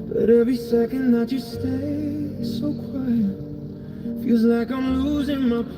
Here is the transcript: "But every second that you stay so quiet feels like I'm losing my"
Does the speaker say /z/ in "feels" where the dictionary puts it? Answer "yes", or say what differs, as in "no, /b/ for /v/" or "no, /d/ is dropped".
yes